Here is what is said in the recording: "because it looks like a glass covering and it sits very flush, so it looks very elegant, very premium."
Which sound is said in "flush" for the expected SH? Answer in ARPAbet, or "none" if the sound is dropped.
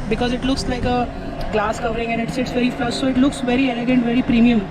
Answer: S